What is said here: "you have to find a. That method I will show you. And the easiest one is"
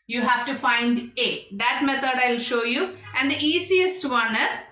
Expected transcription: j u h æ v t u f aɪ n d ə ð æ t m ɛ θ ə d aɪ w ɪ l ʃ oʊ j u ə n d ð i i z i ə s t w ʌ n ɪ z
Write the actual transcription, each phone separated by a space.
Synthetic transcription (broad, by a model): j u h æ v t u f aɪ n d ə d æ t m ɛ t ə d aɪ ɪ l ʃ oʊ j u ə n d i i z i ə s t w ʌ n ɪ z